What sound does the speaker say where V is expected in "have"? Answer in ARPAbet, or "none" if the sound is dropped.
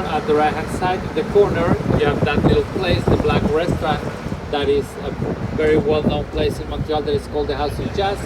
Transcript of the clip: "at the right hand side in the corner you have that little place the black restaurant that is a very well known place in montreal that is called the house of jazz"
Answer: V